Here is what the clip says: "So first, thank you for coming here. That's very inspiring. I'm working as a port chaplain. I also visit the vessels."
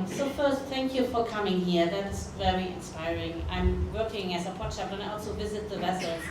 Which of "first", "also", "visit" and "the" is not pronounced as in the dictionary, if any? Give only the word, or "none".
none